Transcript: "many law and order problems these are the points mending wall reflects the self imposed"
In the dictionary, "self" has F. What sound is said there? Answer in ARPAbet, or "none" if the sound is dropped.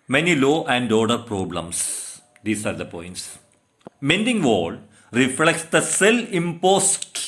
none